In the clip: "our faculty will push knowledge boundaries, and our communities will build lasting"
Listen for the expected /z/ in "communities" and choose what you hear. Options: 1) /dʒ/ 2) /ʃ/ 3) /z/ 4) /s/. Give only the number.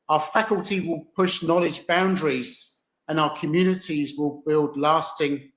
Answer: 3